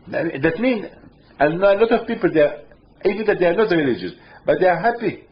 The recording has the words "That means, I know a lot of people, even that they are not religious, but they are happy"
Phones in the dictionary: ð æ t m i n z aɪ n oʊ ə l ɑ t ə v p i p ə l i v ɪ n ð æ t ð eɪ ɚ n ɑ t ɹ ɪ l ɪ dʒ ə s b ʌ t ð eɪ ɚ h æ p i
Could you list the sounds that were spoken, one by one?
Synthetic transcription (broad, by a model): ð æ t m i n aɪ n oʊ ə l ɑ t ə v p i p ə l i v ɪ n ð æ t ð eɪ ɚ n ɑ t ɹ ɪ l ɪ dʒ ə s b ʌ t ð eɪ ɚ h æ p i